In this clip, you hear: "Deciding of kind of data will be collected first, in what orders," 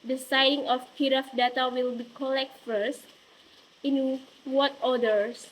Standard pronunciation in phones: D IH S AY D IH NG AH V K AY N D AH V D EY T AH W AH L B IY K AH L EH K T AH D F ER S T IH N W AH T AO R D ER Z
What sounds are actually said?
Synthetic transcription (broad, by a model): D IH S AY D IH NG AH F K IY D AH F D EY T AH W AH L B IY K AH L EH K T F ER S T IH N W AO T AO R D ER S